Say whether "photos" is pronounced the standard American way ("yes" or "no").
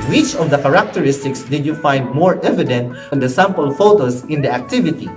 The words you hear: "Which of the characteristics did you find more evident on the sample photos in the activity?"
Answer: no